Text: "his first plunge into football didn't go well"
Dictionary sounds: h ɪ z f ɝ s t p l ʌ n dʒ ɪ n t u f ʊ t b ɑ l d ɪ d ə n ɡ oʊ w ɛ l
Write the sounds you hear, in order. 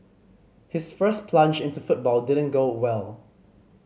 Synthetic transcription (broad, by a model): h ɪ s f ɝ s p l ʌ n dʒ ɪ n t u f ʊ t b ɑ l d ɪ d ə n ɡ oʊ w ɛ l